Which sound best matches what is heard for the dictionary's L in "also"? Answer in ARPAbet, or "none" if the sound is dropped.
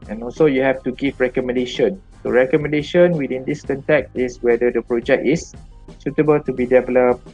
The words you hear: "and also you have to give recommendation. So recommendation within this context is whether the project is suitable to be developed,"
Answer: L